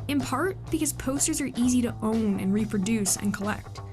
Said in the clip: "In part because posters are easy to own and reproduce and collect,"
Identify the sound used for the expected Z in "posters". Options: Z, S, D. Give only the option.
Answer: Z